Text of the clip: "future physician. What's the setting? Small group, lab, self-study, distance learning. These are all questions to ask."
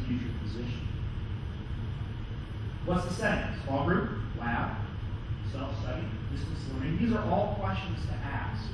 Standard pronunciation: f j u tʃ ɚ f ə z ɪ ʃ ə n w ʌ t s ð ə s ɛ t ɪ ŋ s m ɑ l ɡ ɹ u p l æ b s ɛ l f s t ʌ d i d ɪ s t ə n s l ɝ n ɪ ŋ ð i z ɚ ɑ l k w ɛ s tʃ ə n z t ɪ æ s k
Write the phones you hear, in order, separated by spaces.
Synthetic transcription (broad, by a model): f j u tʃ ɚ p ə z ɪ ʃ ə n w ʌ t s ð ə s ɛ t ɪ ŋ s ɑ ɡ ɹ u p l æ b s ɛ l f s t ʌ d i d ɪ s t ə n s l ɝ ɪ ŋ ð i z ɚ ɑ l k w ɛ s tʃ ə n z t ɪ æ s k